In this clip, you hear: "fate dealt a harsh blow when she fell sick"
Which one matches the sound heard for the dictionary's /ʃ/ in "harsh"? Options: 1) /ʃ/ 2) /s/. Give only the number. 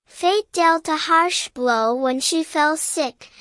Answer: 1